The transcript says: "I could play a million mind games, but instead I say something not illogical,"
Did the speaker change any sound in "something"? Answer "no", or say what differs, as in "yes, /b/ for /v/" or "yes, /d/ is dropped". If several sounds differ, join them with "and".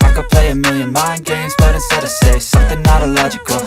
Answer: no